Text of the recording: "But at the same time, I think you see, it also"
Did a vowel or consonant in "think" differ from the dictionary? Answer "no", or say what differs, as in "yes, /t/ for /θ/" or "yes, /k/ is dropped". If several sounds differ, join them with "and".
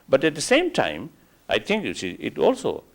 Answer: yes, /t/ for /θ/